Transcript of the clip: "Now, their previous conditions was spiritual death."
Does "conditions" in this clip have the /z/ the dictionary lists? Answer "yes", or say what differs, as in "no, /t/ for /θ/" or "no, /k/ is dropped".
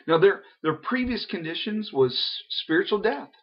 yes